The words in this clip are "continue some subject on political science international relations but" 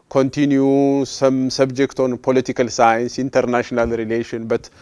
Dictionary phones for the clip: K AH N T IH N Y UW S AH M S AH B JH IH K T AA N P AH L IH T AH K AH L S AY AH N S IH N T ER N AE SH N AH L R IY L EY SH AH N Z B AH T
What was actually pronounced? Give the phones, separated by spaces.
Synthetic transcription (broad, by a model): K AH N T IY N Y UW S AH M S AH B JH IH K T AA N P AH L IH T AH K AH L S AY AH N S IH N T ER N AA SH N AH L R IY L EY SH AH N B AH T